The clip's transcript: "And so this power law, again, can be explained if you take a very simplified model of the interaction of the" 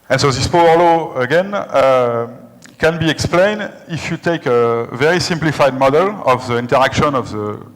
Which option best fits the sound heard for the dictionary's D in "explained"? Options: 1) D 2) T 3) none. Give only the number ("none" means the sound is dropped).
1